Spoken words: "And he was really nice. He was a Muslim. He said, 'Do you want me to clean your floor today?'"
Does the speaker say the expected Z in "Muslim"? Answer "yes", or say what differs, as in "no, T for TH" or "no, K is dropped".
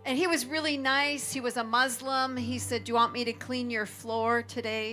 yes